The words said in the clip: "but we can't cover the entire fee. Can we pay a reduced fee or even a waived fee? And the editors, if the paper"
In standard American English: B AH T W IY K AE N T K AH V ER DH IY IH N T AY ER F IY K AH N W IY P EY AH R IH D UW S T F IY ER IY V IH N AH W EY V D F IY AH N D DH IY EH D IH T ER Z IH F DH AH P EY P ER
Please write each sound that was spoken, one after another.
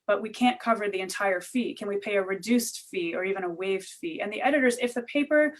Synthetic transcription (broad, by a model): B AH T W IY K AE N K AH V ER DH IY IH N T AY ER F IY K AH N W IY P EY AH R IH D UW S T F IY ER IY V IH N AH W EY V D F IY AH N DH IY EH D IH T ER Z IH F DH AH P EY P ER